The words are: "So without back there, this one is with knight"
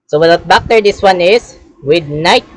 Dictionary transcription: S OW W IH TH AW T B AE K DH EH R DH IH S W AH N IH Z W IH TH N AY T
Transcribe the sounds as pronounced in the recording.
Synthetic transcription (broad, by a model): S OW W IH T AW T B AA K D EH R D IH S W AH N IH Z W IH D N AY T